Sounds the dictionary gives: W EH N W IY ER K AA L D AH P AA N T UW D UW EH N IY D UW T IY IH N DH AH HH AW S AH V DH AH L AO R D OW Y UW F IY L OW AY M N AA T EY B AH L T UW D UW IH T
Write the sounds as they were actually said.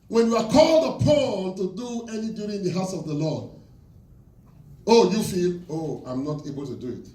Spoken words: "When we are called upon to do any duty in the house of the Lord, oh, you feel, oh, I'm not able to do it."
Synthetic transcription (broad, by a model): W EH N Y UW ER K AA L D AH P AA L T UW D UW EH N IY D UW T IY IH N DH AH HH AW S AH V DH AH L AO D OW Y UW F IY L OW AY M N AA T EY B AH L T UW D UW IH T